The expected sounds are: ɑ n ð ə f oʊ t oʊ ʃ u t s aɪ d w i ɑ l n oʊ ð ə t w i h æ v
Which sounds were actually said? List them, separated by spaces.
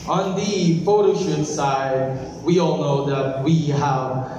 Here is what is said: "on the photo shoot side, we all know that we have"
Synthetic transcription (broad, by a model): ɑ n ð ə p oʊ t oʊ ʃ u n s aɪ d w i ɑ l n oʊ ð ə t w i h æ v